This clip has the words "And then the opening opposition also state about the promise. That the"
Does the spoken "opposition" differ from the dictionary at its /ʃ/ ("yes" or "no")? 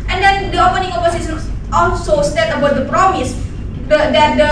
yes